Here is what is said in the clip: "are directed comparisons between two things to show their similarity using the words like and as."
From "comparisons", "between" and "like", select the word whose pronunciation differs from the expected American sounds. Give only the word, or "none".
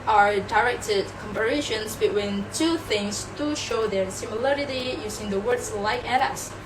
comparisons